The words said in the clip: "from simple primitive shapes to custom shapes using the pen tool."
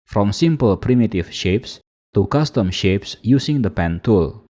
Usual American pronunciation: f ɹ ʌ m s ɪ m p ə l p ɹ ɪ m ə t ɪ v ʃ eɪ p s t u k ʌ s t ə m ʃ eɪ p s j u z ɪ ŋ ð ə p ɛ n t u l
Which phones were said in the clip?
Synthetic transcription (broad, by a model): f ɹ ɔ m s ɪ m p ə l p ɹ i m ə t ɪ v ʃ eɪ p s t u k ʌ s t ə m ʃ eɪ p s j u s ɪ ŋ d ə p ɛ n t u l